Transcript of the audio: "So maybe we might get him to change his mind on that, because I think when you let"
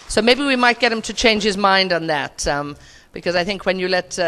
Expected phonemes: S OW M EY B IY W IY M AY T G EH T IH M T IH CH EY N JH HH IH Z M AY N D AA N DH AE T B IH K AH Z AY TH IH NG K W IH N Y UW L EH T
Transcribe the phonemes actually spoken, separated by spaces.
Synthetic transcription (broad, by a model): S OW M EY B IY W IY M AY T G EH T IH M T IH CH EY N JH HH IH Z M AY N D N DH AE T B IH K AH Z AY TH IH NG K W IH N Y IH L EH T